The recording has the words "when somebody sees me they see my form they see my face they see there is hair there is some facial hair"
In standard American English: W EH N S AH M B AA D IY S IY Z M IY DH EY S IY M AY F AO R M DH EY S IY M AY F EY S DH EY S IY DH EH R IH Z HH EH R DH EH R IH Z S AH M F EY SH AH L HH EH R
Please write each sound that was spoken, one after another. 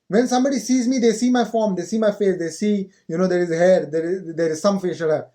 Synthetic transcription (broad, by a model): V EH N S AH M B AA D IY S IY Z M IY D EY S IY M AY F AO R M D EY S IY M AY F EY S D EY S IY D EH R IH Z HH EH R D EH R IH Z S AH M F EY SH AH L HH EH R